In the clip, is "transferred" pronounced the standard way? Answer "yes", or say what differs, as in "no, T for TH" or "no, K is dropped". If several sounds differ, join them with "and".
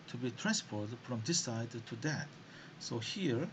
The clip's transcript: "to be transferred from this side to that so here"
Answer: no, P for F